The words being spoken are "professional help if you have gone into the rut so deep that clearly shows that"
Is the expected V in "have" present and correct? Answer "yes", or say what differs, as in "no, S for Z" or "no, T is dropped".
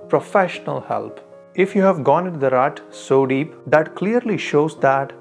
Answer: yes